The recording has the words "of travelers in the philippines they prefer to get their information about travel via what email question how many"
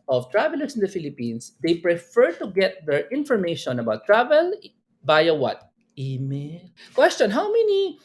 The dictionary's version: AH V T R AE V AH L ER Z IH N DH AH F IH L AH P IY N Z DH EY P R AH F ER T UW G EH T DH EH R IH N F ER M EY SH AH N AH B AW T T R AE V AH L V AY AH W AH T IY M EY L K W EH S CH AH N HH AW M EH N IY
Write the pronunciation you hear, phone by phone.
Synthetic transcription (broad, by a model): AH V T R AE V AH L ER S IH N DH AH F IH L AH P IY N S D EY P R AH F ER T UW G EH T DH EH R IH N F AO M EY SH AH N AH B AW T T R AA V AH L B AY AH W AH T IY M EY N K W EH S CH AH N HH AW M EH N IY